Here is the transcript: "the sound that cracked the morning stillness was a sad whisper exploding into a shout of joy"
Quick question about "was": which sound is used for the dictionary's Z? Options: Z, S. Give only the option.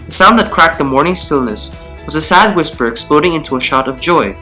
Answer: Z